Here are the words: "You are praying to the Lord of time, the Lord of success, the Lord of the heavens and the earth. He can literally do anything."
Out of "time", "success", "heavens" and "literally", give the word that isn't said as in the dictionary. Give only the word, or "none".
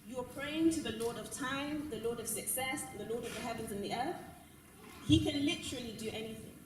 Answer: none